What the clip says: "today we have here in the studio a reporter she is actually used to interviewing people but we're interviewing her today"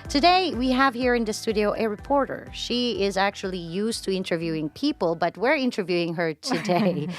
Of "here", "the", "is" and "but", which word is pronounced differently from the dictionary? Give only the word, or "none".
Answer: none